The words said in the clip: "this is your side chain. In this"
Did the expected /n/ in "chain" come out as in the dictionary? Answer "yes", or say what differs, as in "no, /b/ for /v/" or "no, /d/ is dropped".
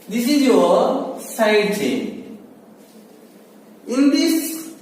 no, /n/ is dropped